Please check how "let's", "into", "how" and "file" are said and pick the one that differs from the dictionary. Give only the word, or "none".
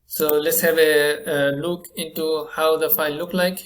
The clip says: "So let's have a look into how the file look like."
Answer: file